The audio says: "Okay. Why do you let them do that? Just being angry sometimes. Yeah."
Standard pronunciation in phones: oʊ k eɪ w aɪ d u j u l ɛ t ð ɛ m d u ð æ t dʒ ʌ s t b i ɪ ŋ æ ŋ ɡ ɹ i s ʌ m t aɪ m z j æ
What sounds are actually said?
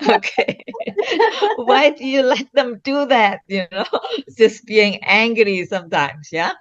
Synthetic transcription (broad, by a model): oʊ k eɪ w aɪ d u j u l ɛ t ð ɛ m d u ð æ t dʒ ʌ s b i ɪ ŋ æ ŋ ɡ ɹ i s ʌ m t aɪ m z j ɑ